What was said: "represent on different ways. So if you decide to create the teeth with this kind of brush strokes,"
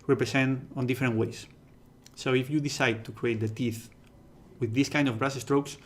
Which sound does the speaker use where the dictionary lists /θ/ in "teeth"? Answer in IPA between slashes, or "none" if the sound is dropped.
/θ/